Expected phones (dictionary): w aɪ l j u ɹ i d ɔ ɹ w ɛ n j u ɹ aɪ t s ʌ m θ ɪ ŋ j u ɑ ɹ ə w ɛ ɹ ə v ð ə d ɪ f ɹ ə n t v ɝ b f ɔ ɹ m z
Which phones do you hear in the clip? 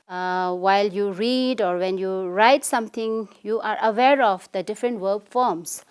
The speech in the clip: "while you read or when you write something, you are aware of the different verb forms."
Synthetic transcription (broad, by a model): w aɪ l j u ɹ i d ɔ ɹ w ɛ n j u ɹ aɪ t s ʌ m t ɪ ŋ j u ɑ ɹ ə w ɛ ɹ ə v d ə d ɪ f ɹ ə n t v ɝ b f ɔ ɹ m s